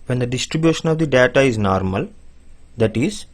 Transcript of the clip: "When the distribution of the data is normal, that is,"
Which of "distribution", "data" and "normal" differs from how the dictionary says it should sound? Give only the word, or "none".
none